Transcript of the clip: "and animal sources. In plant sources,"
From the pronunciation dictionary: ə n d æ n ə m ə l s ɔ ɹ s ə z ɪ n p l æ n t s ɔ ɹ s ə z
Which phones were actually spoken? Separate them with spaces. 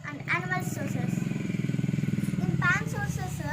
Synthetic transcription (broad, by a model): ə n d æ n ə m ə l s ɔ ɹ s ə s ɪ n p ɑ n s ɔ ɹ s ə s